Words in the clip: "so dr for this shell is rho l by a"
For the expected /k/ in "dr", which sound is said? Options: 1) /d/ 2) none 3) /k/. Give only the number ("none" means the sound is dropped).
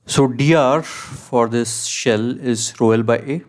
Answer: 2